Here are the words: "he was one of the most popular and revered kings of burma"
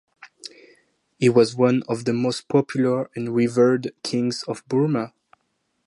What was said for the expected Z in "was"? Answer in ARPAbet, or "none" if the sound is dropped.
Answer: Z